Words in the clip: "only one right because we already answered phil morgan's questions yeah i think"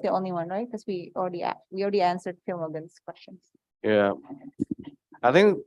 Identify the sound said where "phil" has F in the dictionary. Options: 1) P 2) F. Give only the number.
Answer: 2